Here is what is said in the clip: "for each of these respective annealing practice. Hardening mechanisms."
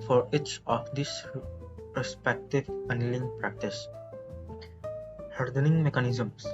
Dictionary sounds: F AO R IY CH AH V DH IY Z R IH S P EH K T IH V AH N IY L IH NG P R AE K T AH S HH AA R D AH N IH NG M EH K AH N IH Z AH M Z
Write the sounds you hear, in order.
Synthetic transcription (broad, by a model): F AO R IY CH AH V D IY S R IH S P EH K T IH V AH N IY L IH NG P R AE K T AH S HH AA R D AH N IH NG M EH K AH N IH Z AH M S